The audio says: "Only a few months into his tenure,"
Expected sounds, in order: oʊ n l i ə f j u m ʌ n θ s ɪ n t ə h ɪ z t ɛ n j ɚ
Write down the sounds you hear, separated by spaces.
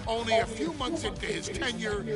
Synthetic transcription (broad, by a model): oʊ n l i ə f j u m ʌ n θ s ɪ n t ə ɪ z t ɛ n j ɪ